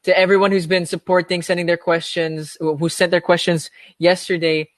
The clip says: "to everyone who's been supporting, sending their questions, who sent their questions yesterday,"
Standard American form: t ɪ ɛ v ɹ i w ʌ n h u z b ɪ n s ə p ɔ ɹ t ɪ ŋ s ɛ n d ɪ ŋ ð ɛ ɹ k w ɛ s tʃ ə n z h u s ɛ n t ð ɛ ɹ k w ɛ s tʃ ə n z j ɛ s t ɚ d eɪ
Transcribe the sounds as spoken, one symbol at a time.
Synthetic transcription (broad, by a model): t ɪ ɛ v ɹ i w ʌ n h u z b ɪ n s ə p ɔ ɹ t ɪ ŋ s ɛ n d ɪ ŋ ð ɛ ɹ k w ɛ s tʃ ə n z h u s ɛ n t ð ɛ ɹ k w ɛ s tʃ ə n z j ɛ s t ɚ d eɪ